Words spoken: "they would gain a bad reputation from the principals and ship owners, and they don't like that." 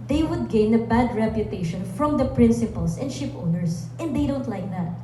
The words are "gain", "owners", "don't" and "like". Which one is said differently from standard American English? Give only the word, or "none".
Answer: owners